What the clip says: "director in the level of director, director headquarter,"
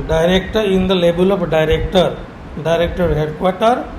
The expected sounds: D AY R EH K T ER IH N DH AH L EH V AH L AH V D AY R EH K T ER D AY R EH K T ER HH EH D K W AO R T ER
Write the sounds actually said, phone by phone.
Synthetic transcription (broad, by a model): D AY R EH K T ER IH N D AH L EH B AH L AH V D AY R EH K T ER D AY R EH K T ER HH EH D K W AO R T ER